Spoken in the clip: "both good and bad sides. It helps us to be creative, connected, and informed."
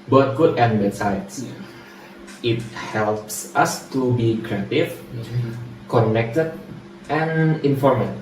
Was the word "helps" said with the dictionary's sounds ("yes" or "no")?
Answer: yes